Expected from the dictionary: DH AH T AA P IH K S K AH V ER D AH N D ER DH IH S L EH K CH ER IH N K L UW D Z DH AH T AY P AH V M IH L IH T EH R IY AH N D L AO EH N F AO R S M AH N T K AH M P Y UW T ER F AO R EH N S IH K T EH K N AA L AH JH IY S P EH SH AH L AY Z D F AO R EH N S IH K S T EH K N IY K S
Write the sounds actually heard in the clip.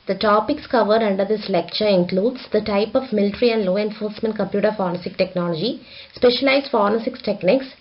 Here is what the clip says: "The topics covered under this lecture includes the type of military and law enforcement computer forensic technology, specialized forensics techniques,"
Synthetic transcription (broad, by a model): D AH T AA P IH K S K AH V ER D AH N D ER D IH S L EH K CH ER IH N K L UW D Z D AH T AY P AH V M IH L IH T R IY AH N D L AO EH N F AO R S M AH N T K AH M P Y UW T ER F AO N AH S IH K T EH K N AA L AH JH IY S P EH SH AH L AY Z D F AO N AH S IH K S T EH K N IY K S